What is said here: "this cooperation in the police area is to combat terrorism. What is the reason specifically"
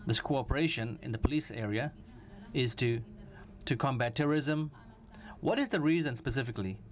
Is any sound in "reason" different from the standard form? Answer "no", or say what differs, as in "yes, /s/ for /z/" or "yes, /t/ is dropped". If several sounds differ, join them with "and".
no